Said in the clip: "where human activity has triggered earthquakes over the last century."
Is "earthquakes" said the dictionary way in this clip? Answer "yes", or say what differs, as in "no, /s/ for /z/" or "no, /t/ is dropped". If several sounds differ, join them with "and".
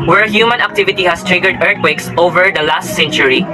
no, /t/ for /θ/